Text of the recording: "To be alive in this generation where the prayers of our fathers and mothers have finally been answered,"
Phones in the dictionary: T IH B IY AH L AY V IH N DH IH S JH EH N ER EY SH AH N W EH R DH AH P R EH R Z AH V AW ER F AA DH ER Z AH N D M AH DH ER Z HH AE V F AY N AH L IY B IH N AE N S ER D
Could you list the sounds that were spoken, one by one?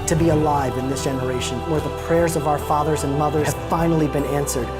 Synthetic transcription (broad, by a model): T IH B IY AH L AY V IH N DH IH S JH EH N ER EY SH AH N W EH R DH AH P R EH R Z AH V AW ER F AA DH ER Z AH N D M AH DH ER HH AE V F AY N L IY B IH N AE N S ER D